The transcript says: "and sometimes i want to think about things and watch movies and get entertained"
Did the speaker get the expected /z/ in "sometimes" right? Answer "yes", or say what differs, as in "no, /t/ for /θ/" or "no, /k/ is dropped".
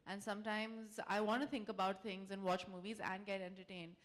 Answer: yes